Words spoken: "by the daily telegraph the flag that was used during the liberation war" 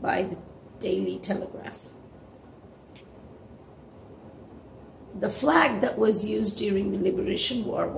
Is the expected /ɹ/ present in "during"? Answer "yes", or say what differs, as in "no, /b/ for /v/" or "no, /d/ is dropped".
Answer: yes